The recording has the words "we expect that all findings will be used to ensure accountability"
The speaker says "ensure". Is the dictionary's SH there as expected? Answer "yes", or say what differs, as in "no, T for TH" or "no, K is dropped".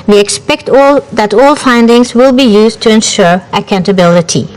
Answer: yes